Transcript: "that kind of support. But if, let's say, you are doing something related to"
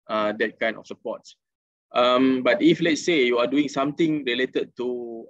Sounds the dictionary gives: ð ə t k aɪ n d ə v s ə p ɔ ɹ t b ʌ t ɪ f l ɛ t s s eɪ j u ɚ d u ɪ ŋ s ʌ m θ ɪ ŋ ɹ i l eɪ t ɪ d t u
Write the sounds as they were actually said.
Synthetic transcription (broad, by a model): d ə t k aɪ n ə f s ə p ɔ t t b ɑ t ɪ f l ɛ t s s eɪ j u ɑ d u ɪ ŋ s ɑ m t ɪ ŋ ɹ i l eɪ t ɪ d t u